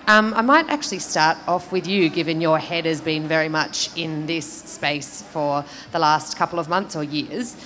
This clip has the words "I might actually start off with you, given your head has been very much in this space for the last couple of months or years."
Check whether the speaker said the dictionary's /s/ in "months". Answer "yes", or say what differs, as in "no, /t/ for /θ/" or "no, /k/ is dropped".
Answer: yes